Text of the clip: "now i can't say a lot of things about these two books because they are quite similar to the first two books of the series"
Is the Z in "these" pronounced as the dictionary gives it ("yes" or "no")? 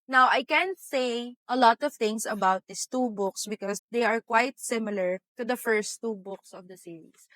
no